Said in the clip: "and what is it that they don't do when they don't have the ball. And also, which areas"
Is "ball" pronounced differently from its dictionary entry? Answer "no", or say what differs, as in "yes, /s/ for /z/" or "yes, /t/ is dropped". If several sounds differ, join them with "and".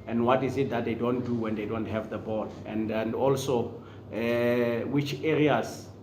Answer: yes, /n/ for /l/